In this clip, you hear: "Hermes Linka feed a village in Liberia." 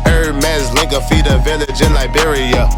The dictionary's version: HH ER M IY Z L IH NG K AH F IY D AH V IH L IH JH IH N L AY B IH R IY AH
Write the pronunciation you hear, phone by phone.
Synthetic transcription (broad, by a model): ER M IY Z L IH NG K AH F IY D AH V IH L IH JH IH N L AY B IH R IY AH